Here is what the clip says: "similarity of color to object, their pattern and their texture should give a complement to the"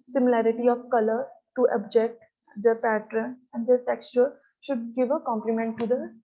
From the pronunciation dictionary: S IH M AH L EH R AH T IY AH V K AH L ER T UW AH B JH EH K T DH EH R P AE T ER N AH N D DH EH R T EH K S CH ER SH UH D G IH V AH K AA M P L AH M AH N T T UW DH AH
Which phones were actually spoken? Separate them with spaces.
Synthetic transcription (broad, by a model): S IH M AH L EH R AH T IY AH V K AH L ER T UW AH B JH EH K T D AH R P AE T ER N AH N D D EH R T EH K S CH ER SH UH D G IH V AH K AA M P L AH M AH N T T UW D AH